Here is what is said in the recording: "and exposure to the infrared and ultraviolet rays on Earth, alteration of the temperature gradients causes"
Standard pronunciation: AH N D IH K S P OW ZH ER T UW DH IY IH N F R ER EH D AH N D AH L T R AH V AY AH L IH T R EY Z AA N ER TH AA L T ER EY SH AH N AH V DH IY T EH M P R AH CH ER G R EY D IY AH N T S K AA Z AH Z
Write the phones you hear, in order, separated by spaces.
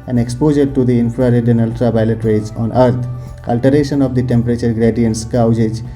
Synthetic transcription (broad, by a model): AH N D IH K S P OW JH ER T UW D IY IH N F R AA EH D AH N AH L T R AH P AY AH L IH T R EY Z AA N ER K AA L T ER EY SH AH N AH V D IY T EH M P R AH CH ER G R EY D IY AH N T S K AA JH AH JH